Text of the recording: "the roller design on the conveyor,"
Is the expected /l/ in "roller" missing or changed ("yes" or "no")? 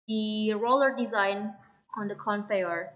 no